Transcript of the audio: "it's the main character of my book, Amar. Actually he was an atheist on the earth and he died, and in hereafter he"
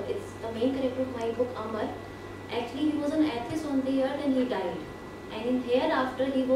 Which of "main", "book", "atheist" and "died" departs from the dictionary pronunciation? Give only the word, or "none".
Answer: atheist